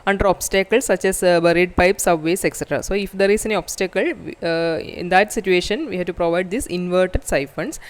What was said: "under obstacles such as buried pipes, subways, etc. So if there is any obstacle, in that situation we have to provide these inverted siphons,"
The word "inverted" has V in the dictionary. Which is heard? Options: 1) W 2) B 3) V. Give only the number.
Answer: 3